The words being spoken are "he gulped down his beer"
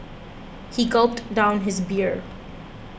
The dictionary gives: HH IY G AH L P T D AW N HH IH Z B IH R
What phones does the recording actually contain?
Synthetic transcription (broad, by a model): HH IY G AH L P T D AW N HH IH Z B IH R